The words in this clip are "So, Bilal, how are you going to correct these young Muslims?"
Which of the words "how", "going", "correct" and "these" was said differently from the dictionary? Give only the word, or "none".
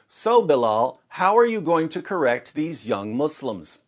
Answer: none